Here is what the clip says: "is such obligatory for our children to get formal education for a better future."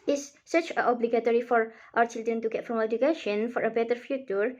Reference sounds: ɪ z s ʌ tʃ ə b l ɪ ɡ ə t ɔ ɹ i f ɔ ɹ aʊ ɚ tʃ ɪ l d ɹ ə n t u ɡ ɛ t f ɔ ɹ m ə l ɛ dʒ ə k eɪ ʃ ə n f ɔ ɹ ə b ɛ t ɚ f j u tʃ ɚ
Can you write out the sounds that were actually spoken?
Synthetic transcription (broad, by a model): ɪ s s ʌ tʃ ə b l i ɡ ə t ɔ ɹ i f ɔ ɹ aʊ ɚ tʃ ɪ l d ɹ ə n t u ɡ ɛ t f ɹ ə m ɛ dʒ ə k eɪ ʃ ə n f ɔ ɹ ə b ɛ t ɚ f j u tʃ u